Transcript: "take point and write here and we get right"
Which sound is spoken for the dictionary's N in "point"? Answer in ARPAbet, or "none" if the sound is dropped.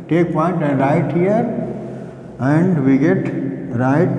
N